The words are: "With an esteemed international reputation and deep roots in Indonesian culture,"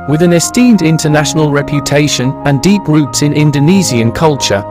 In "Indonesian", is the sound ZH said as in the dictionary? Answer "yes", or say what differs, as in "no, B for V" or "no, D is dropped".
no, Z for ZH